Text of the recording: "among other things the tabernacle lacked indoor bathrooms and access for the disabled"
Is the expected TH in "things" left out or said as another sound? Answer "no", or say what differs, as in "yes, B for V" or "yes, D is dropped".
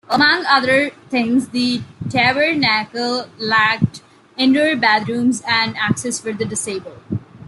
yes, T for TH